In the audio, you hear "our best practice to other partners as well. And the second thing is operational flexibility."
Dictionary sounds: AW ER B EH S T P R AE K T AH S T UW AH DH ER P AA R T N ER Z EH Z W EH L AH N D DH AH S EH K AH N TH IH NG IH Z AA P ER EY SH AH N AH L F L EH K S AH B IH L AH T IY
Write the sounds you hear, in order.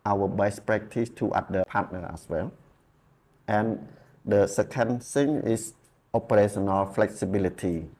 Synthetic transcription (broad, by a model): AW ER B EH S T P R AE K T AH S T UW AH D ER P AA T N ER EH S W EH L AH N D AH S EH K AH N S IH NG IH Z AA P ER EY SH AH N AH L F L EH K S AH B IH L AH T IY